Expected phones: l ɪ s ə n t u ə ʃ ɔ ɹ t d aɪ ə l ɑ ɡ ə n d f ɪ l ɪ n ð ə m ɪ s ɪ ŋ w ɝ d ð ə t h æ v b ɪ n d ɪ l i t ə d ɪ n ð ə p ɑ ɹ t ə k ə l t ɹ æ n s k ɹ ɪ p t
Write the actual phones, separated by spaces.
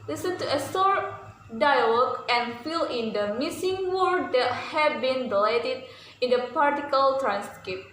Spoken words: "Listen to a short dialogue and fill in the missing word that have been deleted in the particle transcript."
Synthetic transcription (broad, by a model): l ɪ s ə n t u ə s ɔ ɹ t d aɪ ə l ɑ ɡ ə n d f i l ɪ n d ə m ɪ s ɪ ŋ w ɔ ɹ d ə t h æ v b ɪ n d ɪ l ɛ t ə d ɪ n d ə p ɑ ɹ t ə k ə l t ɹ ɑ n s k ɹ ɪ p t